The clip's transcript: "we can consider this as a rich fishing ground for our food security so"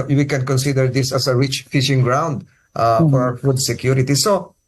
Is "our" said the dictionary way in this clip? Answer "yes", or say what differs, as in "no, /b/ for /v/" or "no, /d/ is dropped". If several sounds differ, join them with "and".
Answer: no, /w/ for /ɹ/